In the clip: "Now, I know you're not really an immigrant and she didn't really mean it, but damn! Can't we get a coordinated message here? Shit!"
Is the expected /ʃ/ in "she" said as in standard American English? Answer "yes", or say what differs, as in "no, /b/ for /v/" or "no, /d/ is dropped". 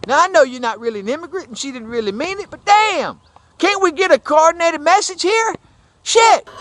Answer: yes